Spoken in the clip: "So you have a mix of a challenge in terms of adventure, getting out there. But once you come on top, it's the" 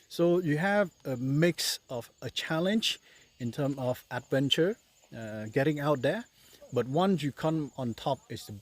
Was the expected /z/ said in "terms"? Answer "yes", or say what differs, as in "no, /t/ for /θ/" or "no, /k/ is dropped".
no, /z/ is dropped